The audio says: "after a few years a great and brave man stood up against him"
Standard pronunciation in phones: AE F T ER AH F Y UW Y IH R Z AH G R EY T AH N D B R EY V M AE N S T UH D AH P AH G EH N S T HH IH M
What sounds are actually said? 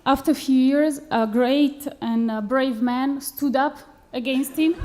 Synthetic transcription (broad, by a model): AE F T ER F Y UW Y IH R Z AH G R EY T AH N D B R EY V M AE N S T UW D AH P AH G EH N S T HH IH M